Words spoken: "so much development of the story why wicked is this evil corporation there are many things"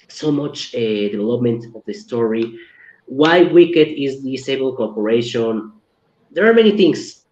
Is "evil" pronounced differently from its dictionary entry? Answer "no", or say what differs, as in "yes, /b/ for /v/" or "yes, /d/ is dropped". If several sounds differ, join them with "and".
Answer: yes, /b/ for /v/